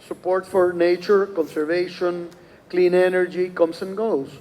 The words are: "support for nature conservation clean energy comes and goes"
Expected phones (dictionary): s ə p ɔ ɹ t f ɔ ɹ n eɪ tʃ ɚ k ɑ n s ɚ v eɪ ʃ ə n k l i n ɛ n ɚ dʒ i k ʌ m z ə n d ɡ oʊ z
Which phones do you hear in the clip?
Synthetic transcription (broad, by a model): s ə p ɔ ɹ t f ɔ ɹ n eɪ tʃ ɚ k ɑ n s ɚ v eɪ ʃ ə n k l i n ɛ n ɚ dʒ i k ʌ m s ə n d ɡ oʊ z